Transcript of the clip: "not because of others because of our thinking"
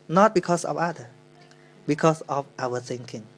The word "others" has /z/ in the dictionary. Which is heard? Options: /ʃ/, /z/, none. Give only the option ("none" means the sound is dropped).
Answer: none